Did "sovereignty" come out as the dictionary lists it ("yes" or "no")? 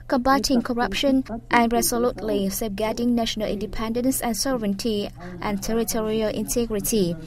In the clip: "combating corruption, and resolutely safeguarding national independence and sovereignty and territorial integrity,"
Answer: no